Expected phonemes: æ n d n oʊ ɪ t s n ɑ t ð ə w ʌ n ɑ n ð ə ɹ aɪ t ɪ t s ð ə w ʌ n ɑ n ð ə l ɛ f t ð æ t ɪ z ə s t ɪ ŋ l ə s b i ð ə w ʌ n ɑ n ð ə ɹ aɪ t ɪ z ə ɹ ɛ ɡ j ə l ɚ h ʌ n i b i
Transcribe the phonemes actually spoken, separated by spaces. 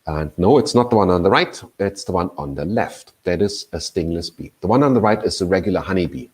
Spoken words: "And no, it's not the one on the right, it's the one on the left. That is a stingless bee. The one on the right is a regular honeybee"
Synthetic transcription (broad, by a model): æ n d n oʊ ɪ t s n ɑ t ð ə w ʌ n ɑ n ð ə ɹ aɪ t ɪ t s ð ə w ʌ n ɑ n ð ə l ɛ f t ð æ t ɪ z ə s t ɪ ŋ l ə s b i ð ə w ʌ n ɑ n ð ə ɹ aɪ t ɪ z ə ɹ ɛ ɡ j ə l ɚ h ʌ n i b i